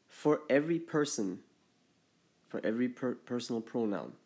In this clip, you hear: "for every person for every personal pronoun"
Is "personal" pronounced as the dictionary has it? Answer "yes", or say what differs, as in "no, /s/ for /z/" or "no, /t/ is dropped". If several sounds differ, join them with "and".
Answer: yes